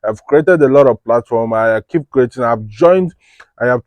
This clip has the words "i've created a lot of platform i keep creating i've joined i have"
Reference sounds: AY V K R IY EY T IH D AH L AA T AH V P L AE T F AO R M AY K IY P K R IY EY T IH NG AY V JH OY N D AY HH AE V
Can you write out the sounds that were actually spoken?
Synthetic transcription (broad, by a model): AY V K R IY EY T IH D AH L AA T AH V P L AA T F AO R M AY K IY P K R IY EY T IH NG AY V JH OY N D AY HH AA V